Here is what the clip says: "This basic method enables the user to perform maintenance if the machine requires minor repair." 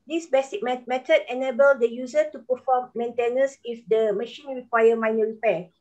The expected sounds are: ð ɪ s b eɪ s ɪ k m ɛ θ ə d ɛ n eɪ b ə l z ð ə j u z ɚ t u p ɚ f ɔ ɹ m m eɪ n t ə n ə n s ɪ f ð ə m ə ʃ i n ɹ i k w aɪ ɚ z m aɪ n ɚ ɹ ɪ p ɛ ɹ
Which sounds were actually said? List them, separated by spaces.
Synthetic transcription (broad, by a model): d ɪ s b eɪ s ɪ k m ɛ t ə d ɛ n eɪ b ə l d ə j u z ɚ t u p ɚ f ɔ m m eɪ n t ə n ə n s ɪ f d ə m ə ʃ i n ɹ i k w aɪ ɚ m aɪ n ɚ ɹ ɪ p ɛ